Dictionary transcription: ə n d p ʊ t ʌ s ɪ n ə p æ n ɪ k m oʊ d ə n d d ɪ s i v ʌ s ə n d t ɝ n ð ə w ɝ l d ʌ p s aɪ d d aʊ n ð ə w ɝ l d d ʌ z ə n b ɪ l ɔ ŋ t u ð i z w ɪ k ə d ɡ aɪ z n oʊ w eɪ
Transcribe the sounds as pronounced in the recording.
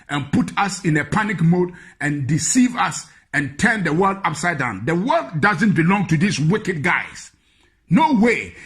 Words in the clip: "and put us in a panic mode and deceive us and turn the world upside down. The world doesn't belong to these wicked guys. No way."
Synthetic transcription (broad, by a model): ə n p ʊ t ʌ s ɪ n ə p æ n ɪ k m oʊ d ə n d d ɪ s i v ʌ s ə n t ɝ n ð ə w ɝ l d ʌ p s aɪ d d aʊ n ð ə w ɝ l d d ʌ z ə n b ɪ l ɔ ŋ t u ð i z w ɪ k ə d ɡ aɪ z n oʊ w eɪ